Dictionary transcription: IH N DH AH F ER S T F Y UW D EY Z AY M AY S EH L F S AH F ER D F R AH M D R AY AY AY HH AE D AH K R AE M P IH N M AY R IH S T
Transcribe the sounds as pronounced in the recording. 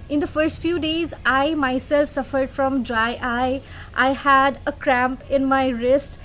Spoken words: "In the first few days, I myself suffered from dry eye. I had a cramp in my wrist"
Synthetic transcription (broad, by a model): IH N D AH F ER S T F Y UW D EY Z AY M AY S EH L F S AH F ER D F R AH M D R AY AY AY HH AE D AH K R AE M P IH N M AY R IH S T